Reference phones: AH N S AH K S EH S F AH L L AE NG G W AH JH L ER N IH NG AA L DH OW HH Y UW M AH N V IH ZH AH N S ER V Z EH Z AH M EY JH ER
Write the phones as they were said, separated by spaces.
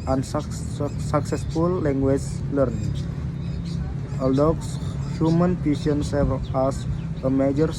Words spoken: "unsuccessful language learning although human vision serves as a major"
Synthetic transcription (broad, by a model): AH N S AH K S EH S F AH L L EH NG G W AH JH L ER N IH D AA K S HH Y UW M AH N P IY S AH N S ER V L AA S AH M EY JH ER